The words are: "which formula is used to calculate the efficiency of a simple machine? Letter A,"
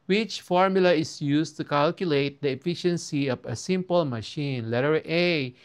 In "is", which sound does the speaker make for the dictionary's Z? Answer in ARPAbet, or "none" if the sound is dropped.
S